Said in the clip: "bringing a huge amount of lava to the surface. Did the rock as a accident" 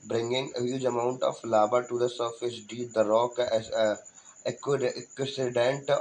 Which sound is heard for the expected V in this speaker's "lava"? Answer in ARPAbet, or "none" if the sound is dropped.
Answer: B